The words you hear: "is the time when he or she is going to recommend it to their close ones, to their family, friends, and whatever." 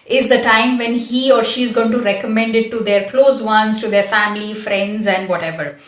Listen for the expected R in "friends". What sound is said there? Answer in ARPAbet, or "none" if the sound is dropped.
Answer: R